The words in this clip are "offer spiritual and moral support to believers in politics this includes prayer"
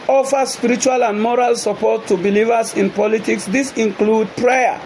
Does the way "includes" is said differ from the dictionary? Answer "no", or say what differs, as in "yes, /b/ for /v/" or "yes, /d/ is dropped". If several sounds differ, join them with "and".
yes, /z/ is dropped